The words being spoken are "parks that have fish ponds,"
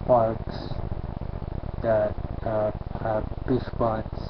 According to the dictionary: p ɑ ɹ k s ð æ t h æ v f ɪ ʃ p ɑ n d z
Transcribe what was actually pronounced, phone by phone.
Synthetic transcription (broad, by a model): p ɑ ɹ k s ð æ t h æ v p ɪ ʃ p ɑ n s